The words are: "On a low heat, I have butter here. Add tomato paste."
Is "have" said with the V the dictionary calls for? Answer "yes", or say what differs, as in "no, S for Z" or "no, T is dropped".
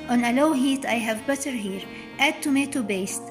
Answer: yes